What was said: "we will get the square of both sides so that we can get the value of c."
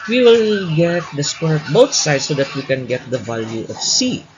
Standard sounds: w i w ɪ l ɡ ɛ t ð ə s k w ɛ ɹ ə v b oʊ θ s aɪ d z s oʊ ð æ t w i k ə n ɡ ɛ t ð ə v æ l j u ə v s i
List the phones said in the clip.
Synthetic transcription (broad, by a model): w i w ɪ l ɡ ɛ t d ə s k w ɛ ɹ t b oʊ t s aɪ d s oʊ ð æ t w i k ə n ɡ ɛ t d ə v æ l j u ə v s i